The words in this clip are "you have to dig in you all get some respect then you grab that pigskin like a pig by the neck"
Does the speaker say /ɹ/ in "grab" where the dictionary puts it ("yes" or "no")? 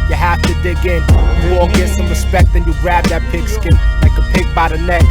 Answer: yes